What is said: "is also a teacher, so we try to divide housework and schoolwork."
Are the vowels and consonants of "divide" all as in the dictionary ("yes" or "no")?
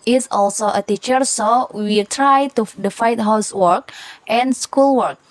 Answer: no